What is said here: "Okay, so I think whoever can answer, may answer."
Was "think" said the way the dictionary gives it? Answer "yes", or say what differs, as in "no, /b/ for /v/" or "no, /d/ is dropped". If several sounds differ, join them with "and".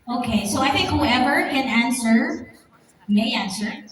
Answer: yes